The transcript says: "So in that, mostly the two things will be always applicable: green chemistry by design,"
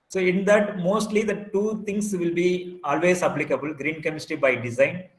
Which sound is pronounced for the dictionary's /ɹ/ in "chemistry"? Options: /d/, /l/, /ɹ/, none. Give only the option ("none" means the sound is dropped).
none